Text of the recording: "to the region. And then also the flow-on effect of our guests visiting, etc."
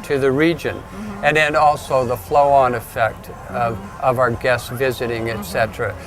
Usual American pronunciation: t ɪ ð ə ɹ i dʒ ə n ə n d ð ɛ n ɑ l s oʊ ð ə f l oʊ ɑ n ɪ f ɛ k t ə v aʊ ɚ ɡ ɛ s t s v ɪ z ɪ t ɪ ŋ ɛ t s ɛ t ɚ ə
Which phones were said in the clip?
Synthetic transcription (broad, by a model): t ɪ ð ə ɹ i dʒ ə n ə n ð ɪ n ɑ l s oʊ ð ə f l oʊ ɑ n ɪ f ɛ k t ə v aʊ ɚ ɡ ɛ s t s v ɪ z ɪ t ɪ ŋ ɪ t s ɛ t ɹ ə